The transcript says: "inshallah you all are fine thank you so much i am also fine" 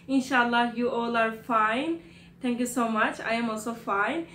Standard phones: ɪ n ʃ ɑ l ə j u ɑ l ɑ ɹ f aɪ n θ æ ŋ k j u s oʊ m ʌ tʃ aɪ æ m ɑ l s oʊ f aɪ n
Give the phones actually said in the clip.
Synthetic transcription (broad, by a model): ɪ n ʃ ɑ l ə j u ɑ l ɑ ɹ f aɪ n t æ ŋ k j u s oʊ m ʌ tʃ aɪ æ m ɑ l s oʊ f aɪ n